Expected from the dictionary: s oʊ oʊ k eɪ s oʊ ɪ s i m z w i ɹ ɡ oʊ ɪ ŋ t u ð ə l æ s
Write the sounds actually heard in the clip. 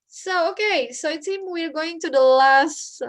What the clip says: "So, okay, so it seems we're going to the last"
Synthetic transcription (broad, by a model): s oʊ oʊ k eɪ s oʊ ɪ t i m w i ɹ ɡ oʊ ɪ ŋ t u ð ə l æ s